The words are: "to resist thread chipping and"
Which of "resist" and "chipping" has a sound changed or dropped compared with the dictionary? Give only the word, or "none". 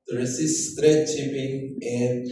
resist